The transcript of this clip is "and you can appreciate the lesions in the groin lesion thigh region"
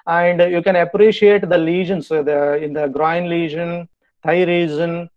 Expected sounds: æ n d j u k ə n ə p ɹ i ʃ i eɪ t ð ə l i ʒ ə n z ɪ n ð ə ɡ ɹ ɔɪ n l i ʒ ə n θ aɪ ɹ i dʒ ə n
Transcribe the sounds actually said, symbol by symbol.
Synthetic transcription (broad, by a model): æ n d j u k ə n ə p ɹ i ʃ i eɪ t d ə l i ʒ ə n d ɪ n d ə ɡ ɹ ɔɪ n l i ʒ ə n t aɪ ɹ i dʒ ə n